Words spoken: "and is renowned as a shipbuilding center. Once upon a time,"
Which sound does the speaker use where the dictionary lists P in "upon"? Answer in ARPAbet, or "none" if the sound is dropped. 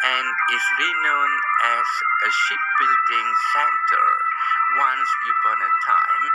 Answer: none